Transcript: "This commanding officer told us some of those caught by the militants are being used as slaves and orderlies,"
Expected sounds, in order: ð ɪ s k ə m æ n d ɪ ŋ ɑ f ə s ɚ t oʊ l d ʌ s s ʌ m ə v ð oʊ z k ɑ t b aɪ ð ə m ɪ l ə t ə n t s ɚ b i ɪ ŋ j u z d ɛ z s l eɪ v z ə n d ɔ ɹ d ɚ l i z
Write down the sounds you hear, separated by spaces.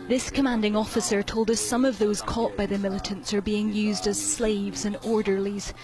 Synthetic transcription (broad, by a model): ð ɪ s k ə m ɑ n d ɪ ŋ ɑ f ə s ɚ t oʊ l d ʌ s s ʌ m ə v ð oʊ z k ɑ t b aɪ ð ə m ɪ l ə t ə n t s ɚ b i ɪ ŋ j u z d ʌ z s l eɪ v z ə n ɔ ɹ d ɚ l i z